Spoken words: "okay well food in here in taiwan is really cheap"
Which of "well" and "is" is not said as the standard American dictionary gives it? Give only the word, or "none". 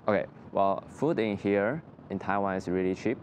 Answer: is